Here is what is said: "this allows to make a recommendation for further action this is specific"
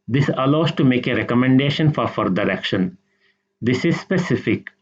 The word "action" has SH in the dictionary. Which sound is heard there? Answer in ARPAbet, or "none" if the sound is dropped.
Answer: SH